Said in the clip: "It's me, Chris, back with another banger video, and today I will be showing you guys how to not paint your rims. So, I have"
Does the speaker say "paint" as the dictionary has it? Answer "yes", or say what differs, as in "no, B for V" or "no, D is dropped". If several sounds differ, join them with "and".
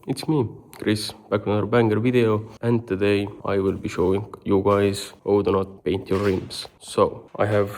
yes